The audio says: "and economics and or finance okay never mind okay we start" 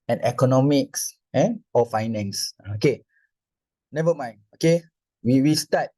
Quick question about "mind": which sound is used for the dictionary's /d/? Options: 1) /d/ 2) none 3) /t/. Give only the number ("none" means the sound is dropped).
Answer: 2